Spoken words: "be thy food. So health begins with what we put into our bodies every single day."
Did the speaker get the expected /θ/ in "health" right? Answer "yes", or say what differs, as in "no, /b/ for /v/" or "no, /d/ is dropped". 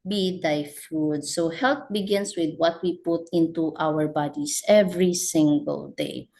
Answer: no, /t/ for /θ/